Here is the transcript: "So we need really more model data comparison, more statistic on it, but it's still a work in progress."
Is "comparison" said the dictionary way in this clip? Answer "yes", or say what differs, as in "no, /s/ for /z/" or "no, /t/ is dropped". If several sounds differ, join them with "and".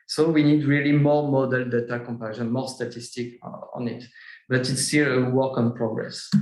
no, /ʃ/ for /s/